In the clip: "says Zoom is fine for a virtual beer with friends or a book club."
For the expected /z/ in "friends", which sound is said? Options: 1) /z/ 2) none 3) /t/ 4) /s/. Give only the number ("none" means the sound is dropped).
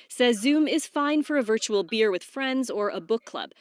1